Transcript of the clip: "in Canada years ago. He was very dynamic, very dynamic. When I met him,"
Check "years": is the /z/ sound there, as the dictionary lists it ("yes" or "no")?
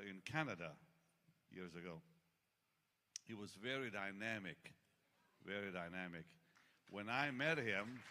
yes